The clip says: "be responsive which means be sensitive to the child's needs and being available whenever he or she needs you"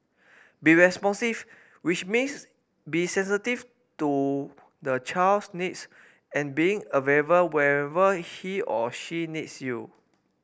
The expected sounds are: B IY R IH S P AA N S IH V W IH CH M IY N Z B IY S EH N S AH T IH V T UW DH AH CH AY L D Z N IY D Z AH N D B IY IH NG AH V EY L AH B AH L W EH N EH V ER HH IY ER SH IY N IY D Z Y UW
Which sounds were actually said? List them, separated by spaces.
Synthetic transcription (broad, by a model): B IY R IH S P AA N S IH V W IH CH M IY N S B IY S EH N S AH T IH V T UW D AH CH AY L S N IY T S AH N B IY IH NG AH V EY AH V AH W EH EH V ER HH IY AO SH IY N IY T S Y UW